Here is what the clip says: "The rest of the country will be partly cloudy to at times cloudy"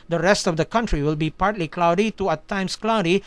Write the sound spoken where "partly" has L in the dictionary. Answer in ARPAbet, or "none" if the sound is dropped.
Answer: L